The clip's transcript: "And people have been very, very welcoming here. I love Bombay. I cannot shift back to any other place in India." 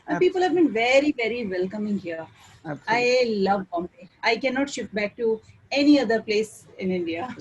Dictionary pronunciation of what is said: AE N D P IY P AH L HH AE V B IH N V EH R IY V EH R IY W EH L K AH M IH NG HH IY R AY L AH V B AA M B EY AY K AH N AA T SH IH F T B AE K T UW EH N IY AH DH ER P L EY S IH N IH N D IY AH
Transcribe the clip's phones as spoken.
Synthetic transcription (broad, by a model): P IY P AH L HH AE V B IH N V EH R IY V EH R IY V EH L K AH M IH NG HH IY R AY L AH V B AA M IY AY K AH N AA T SH IH F T B AE K T UW EH N IY AH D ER P L EY S IH N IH N D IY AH